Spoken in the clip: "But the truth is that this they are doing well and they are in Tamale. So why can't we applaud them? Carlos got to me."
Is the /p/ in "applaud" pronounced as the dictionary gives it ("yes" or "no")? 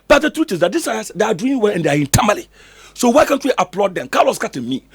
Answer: yes